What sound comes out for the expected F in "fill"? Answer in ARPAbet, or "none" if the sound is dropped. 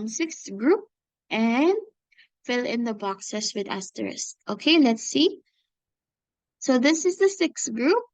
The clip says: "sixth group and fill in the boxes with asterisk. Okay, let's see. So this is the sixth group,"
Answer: F